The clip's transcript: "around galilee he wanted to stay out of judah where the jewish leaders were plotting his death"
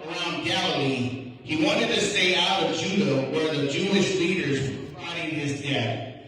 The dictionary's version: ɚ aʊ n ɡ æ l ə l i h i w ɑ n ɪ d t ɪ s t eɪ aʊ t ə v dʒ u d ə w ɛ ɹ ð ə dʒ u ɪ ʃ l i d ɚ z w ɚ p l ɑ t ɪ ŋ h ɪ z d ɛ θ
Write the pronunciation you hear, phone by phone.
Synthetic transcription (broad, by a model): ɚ aʊ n ɡ æ l ə l i h i w ɑ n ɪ d t ɪ s t eɪ aʊ t ə v dʒ u d ə w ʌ ɹ ð ə dʒ u ɪ ʃ l i d ɚ z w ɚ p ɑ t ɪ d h ɪ z d ɛ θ